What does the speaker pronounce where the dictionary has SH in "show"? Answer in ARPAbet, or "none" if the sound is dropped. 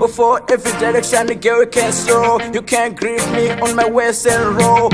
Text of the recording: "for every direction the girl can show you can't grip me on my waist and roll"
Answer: S